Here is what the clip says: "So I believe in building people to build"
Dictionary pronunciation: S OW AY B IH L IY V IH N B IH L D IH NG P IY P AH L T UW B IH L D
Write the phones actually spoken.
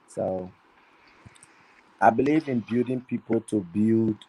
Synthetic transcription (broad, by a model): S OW AY B IH L IY V IH N B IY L D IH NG P IY P AH L T UW B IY L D